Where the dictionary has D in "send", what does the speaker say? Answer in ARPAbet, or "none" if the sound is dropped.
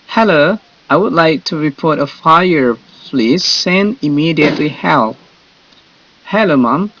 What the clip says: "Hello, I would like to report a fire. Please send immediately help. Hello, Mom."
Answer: none